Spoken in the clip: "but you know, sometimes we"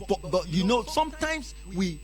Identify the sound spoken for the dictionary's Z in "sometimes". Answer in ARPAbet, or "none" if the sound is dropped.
S